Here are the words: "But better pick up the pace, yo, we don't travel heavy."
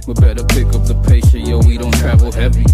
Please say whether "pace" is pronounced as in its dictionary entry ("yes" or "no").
no